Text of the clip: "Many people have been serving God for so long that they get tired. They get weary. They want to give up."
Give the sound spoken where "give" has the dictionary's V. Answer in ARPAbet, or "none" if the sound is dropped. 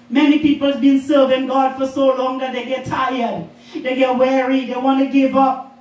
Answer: V